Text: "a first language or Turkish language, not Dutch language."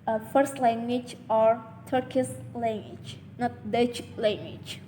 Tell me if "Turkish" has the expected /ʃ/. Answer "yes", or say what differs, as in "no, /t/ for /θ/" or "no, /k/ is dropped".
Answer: no, /s/ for /ʃ/